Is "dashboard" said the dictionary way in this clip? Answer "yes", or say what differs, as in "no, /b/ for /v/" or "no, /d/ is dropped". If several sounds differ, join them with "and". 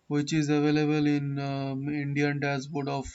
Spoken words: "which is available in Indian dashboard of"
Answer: no, /s/ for /ʃ/